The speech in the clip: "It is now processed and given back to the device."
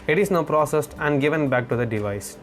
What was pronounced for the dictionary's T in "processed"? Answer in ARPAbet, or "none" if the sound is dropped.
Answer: T